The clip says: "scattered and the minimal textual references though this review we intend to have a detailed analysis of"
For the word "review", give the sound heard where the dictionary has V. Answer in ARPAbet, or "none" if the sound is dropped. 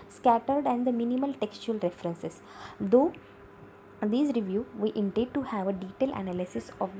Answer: V